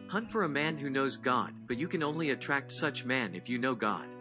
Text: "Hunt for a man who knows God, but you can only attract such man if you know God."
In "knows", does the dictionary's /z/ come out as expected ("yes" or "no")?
yes